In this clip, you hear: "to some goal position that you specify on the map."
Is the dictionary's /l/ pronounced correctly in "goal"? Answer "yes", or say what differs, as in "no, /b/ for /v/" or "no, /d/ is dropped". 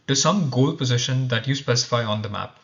yes